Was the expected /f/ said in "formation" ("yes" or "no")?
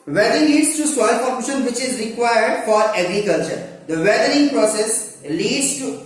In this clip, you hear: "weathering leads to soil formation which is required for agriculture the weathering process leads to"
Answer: no